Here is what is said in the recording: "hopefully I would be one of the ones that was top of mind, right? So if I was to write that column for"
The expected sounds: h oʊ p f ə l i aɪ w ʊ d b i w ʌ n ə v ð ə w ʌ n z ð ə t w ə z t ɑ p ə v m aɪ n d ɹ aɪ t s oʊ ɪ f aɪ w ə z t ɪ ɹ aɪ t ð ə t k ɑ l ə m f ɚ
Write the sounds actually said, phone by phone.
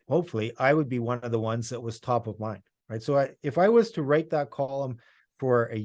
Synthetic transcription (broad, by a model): h oʊ p f l i aɪ w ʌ d b i w ʌ n ə v ð ə w ʌ n z ð ə t w ə z t ɑ p ə v m aɪ n ɹ aɪ t s oʊ ɪ f aɪ w ə z t ɪ ɹ aɪ t ð ə t k ɑ l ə m f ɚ